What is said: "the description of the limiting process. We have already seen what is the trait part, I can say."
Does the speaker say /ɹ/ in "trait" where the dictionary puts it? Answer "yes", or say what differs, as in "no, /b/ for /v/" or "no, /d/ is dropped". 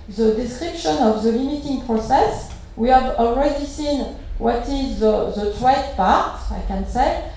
no, /w/ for /ɹ/